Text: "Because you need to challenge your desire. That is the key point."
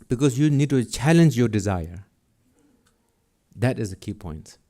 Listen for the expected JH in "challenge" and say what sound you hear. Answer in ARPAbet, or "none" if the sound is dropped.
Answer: JH